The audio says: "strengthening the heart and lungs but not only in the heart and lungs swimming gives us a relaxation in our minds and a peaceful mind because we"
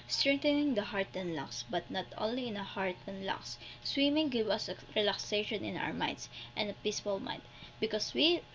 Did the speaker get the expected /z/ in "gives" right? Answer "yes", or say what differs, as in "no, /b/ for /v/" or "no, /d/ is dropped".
no, /z/ is dropped